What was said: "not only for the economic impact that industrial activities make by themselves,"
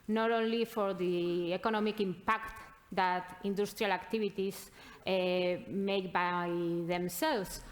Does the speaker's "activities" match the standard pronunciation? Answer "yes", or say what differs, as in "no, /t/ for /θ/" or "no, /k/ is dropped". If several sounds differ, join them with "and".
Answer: no, /b/ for /v/